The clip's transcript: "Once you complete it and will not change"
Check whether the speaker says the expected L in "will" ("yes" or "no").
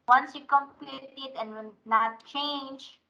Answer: no